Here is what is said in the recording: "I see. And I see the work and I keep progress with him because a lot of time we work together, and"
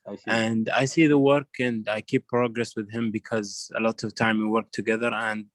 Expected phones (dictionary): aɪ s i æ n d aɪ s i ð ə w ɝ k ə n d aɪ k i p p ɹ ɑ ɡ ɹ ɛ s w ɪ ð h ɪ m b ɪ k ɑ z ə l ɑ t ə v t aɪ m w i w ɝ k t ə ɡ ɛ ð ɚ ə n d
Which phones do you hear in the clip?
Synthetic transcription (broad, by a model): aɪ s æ n d aɪ s i ð ə w ɝ k ə n d aɪ k i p p ɹ ɑ ɡ ɹ ɛ s w ɪ ð h ɪ m b ɪ k ɑ z ə l ɑ t ə v t aɪ m w i w ɝ k t ə ɡ ɛ ð ɚ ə n d